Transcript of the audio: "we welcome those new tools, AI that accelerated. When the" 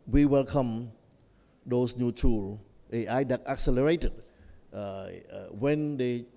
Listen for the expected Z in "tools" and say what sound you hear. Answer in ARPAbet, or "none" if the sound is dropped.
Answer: none